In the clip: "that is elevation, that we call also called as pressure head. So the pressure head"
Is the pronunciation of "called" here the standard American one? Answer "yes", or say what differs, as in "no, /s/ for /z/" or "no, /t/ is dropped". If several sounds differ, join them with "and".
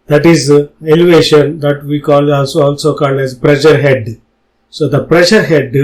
no, /n/ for /l/